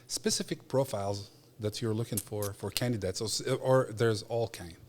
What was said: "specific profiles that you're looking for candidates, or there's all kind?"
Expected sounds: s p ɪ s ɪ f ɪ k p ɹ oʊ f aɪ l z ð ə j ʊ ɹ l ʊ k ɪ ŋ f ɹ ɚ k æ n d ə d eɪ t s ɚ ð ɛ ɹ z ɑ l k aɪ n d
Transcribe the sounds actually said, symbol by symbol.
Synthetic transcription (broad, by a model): s p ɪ s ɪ f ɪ k p ɹ oʊ f aɪ l z ð ə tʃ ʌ ɹ l ʊ k ɪ ŋ f ɹ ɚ k æ n d ə d eɪ t s ɚ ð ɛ ɹ z ɑ l k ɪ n